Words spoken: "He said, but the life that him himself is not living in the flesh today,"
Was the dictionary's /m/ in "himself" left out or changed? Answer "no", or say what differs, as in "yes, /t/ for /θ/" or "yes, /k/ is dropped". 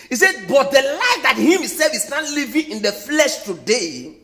yes, /m/ is dropped